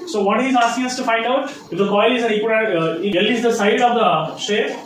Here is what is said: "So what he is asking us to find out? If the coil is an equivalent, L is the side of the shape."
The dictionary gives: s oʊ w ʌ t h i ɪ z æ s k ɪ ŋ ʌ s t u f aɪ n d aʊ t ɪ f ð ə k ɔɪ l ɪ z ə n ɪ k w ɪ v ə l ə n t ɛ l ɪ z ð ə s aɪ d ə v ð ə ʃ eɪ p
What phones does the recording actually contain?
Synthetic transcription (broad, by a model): s oʊ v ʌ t h i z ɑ s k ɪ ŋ ʌ s t u f aɪ n d aʊ t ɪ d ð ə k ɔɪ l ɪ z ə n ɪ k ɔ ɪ ə ə t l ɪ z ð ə s aɪ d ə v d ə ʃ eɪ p